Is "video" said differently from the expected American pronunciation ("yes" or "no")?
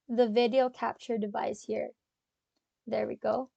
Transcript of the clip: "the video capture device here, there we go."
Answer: no